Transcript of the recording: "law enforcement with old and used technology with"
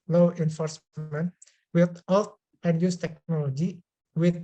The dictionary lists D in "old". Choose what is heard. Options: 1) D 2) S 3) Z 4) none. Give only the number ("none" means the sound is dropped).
4